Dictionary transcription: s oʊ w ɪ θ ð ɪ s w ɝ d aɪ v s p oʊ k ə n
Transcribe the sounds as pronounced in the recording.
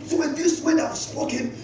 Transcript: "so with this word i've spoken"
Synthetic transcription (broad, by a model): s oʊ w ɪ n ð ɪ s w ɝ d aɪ w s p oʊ k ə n